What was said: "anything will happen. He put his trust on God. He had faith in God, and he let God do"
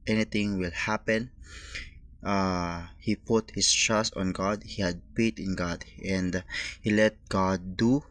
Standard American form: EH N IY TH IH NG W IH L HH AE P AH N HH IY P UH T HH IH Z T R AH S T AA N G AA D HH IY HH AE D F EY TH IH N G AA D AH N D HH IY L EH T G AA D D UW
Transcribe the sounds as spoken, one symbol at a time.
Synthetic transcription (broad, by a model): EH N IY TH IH NG W IH L HH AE P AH N HH IY P UH T HH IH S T R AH S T AA N G AA D HH IY HH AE D P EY T IH N G AA D AH N D HH IY L EH T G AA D D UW